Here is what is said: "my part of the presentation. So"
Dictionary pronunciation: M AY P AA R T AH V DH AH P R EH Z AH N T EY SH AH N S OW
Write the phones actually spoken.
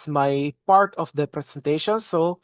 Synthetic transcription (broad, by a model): M AY P AA R T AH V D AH P R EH S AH N T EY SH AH N S OW